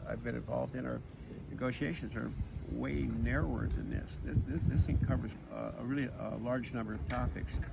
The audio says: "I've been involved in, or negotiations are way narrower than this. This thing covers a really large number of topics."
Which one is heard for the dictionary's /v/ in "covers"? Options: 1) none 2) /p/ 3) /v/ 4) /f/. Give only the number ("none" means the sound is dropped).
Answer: 3